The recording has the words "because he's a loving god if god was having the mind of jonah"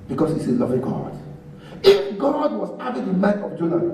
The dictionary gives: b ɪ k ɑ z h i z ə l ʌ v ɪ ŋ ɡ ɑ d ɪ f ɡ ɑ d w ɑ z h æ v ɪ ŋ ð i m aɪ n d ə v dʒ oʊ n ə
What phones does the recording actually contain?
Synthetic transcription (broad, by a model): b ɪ k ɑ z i s ə l ʌ v ɪ ŋ ɡ ɑ d ɪ f ɡ ɑ d w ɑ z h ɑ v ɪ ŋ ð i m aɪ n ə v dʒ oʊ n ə